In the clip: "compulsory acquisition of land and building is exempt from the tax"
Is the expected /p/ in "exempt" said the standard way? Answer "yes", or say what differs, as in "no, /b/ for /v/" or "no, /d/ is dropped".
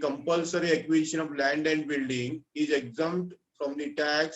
no, /p/ is dropped